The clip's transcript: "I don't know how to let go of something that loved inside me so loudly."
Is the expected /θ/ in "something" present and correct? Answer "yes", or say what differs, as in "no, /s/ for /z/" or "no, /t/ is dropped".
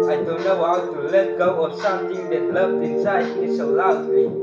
no, /t/ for /θ/